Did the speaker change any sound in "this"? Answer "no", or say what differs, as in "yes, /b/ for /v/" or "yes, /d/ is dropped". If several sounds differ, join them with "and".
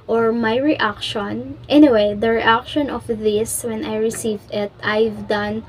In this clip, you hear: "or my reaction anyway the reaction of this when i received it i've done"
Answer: no